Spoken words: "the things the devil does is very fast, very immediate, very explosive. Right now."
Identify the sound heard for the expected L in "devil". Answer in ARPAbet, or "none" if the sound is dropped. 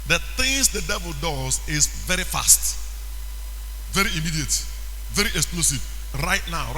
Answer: L